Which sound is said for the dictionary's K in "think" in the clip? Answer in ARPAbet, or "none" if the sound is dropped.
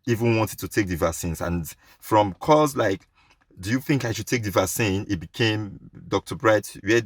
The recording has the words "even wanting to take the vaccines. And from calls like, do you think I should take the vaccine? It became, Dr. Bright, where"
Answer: K